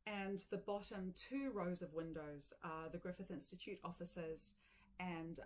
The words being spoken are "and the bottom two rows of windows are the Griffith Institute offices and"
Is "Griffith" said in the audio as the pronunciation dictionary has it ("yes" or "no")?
yes